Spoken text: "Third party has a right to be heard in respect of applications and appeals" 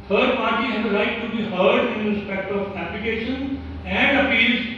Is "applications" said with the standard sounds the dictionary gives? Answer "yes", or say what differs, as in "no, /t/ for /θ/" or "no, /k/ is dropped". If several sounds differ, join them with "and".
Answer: no, /l/ is dropped and /z/ is dropped